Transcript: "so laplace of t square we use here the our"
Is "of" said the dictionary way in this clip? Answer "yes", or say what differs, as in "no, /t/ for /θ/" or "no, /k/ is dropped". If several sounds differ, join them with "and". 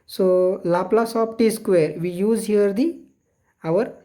no, /p/ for /v/